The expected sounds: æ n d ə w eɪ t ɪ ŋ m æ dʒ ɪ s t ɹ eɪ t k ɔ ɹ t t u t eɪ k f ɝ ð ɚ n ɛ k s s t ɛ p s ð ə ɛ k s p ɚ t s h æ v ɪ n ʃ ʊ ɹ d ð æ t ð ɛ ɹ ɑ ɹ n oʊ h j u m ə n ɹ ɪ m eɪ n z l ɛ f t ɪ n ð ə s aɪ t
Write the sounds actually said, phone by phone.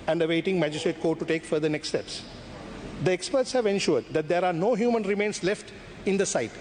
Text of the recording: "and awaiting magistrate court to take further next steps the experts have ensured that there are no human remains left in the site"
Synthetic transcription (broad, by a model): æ n d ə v eɪ t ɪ ŋ m æ dʒ ɪ s t ɹ eɪ t k ɔ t t u t eɪ k f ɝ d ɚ n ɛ k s s t ɛ p s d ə ɛ k s p ɚ t s h æ v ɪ n ʃ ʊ ɹ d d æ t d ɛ ɹ ɑ ɹ n oʊ h j u m ə n ɹ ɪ m eɪ n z l ɛ f t ɪ n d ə s aɪ t